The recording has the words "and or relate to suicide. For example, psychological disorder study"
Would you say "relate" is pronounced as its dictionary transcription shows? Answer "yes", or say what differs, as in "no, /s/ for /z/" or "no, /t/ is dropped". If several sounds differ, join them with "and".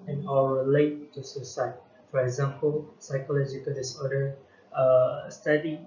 no, /l/ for /ɹ/